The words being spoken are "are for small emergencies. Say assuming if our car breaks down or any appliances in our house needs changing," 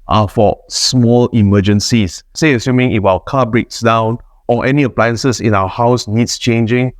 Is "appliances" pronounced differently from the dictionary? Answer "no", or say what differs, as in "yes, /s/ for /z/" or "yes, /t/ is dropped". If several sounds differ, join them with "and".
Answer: yes, /s/ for /z/